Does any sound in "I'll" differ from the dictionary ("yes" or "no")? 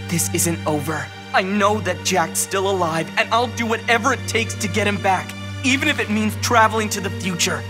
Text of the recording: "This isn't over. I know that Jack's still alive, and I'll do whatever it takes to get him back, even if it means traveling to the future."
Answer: no